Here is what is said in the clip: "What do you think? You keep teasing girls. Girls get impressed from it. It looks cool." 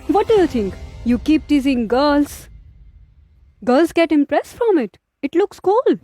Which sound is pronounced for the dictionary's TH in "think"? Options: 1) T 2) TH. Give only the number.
1